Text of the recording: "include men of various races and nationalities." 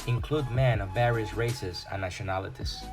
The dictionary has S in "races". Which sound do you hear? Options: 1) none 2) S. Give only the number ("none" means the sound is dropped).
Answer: 2